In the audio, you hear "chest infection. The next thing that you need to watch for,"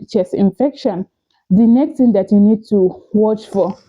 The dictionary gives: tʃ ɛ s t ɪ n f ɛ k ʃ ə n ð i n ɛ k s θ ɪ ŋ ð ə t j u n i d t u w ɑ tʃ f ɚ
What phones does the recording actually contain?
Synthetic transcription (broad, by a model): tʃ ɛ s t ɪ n f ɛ k ʃ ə n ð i n ɛ k s t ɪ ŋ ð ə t j u n i d t u w ɑ tʃ f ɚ